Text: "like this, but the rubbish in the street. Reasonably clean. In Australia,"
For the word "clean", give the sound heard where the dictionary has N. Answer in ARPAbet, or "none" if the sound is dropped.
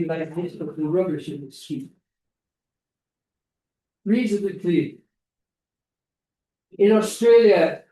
none